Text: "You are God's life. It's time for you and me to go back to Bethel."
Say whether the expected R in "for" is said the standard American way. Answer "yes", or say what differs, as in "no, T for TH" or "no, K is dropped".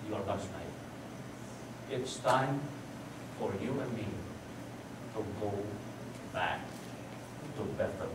yes